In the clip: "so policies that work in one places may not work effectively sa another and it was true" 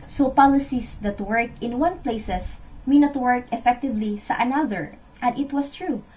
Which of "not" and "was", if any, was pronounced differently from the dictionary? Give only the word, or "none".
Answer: was